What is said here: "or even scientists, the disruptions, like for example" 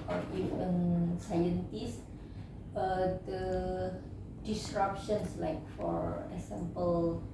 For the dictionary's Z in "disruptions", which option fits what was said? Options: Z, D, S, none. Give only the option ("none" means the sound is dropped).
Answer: S